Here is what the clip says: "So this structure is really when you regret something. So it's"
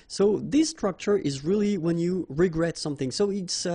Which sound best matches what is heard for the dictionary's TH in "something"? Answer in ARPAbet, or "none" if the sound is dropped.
TH